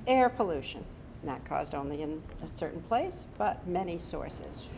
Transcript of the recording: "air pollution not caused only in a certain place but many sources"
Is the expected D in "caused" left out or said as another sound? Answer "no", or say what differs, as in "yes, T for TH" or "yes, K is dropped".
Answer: no